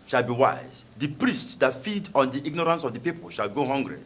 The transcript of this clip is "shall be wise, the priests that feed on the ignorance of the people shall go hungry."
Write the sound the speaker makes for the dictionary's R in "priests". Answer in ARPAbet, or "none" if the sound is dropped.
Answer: R